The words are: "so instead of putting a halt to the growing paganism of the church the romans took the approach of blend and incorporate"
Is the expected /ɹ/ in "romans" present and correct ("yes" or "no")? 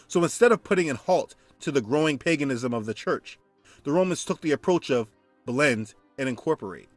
yes